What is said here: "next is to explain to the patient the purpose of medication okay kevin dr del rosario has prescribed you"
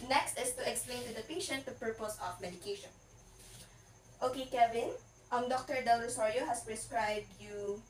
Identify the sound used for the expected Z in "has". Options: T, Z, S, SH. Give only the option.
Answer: S